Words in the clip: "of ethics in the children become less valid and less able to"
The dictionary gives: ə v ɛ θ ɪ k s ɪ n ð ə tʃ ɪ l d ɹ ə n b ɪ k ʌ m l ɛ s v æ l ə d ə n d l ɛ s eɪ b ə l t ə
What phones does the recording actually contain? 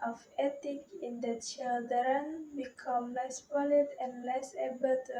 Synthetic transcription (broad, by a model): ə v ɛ t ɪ k ɪ n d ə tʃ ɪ l d ɹ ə n b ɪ k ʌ m l ɛ s p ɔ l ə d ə n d l ɛ s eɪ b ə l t